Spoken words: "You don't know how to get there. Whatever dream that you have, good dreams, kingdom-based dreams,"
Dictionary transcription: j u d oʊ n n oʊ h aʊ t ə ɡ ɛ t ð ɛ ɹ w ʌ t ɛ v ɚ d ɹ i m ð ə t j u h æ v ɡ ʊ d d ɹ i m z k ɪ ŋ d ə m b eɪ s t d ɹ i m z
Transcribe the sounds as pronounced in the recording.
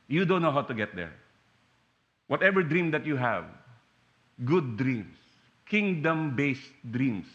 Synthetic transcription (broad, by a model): j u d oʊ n n oʊ h aʊ t ə ɡ ɛ t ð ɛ ɹ w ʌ t ɛ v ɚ d ɹ i m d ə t j u h æ v ɡ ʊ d d ɹ i m s k ɪ ŋ d ə m b eɪ s t d ɹ i m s